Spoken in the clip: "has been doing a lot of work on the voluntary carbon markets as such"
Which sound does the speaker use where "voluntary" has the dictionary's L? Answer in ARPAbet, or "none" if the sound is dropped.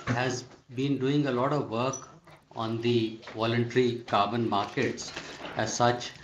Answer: L